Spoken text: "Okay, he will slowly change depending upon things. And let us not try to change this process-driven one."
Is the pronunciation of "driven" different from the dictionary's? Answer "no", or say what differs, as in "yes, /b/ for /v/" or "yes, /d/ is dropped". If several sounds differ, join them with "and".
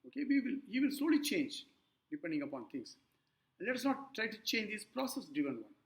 yes, /ɹ/ is dropped